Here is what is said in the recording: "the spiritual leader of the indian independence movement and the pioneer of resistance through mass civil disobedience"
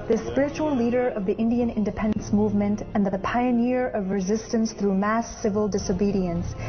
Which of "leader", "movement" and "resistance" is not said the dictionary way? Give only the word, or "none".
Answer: none